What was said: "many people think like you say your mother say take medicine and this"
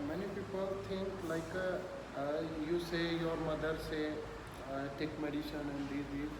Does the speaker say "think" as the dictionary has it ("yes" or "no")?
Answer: no